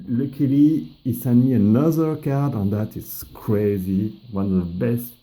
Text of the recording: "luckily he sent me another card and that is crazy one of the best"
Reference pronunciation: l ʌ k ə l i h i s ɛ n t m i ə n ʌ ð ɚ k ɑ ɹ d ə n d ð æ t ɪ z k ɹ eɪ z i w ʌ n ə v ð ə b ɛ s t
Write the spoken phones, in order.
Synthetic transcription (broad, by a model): l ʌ k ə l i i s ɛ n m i ə n ʌ ð ɚ k ɑ ɹ d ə n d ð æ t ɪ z k ɹ eɪ z i w ʌ n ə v ð ə b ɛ s t